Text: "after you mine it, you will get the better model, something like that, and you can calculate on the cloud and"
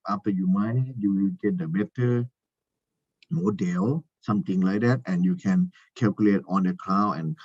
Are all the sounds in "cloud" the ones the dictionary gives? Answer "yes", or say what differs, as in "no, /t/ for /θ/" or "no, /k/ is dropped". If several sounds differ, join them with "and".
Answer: no, /d/ is dropped